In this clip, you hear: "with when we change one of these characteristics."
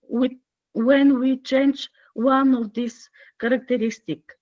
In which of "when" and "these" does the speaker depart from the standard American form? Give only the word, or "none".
these